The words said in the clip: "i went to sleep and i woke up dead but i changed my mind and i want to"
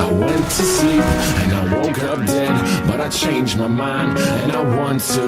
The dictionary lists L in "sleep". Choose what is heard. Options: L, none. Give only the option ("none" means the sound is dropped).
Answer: none